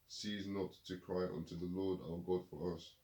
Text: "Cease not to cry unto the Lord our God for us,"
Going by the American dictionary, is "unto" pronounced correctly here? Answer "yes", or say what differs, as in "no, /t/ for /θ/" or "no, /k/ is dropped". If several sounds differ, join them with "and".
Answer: yes